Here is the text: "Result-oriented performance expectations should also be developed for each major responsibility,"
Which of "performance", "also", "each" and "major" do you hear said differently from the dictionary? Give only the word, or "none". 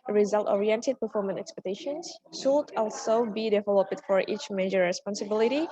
performance